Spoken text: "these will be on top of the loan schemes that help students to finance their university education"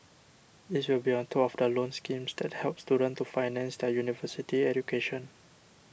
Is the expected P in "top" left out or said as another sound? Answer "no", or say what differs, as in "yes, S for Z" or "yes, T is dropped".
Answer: yes, P is dropped